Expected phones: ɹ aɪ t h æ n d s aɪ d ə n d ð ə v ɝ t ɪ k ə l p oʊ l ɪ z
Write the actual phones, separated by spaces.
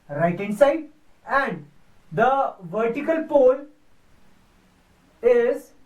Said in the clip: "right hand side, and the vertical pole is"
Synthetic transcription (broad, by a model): ɹ aɪ t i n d s aɪ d ə n d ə v ɝ t ɪ k ə l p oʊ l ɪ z